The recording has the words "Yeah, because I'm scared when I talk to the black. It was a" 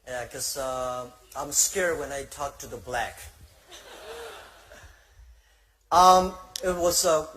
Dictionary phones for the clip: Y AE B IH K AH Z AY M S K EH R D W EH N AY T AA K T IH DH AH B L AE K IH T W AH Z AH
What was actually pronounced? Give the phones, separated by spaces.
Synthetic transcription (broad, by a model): Y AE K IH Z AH AY M S K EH R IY W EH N AY T AA K T IH DH AH B L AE K IH T W AH Z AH